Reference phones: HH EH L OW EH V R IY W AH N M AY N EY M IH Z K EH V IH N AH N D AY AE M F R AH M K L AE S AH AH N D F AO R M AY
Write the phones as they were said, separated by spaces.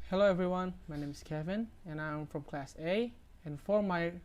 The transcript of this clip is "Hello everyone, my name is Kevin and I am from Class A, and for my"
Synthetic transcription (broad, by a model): HH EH L OW EH V R IY W AH N M AY N EY M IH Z K EH V IH N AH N AY M F R AH M K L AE S AH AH N F AO R M AY